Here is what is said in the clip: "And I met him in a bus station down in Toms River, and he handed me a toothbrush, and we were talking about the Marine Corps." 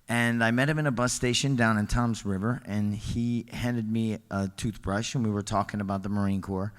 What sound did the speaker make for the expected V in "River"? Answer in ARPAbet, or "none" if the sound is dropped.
V